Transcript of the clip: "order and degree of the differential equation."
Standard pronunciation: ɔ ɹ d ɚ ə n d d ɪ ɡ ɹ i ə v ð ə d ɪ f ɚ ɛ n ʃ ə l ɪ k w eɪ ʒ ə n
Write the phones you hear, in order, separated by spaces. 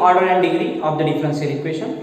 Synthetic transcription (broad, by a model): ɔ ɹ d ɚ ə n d d ɪ ɡ ɹ i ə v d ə d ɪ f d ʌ n s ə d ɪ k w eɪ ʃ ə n